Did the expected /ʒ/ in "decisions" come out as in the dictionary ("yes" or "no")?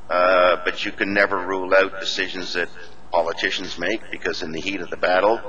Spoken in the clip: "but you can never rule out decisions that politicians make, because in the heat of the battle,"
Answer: yes